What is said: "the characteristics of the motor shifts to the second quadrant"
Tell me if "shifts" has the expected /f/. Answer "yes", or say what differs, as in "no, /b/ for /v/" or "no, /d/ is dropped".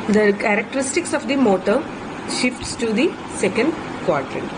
yes